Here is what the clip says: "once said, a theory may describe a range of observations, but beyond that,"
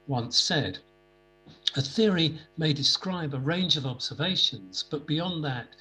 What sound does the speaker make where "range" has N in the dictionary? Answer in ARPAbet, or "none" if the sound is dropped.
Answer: N